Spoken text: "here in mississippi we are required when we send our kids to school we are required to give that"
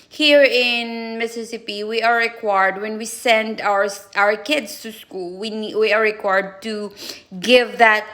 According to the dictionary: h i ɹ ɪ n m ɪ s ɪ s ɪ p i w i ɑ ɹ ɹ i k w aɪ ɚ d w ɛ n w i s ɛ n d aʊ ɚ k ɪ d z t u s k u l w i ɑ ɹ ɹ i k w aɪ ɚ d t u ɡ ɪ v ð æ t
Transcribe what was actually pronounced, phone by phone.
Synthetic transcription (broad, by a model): h i ɹ ɪ n m ɪ s ɪ s ɪ p i w i ɑ ɹ ɹ i k w aɪ ɚ d w ɛ n w i s ɛ n d aʊ ɚ k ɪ d s t u s k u l w i ɑ ɹ ɹ i k w aɪ ɚ d t u ɡ ɪ v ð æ t